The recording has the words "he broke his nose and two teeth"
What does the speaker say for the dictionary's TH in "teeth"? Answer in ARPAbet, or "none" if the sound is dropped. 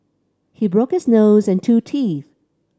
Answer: TH